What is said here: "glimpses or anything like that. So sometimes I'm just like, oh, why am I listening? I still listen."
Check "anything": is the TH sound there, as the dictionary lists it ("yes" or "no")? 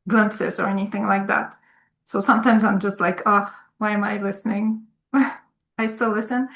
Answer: yes